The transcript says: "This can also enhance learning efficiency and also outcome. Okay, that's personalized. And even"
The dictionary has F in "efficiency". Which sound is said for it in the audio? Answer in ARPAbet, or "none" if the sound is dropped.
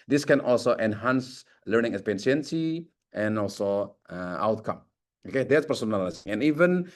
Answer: P